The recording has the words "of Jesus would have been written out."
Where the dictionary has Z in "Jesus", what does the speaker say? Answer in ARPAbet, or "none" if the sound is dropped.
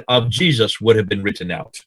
Z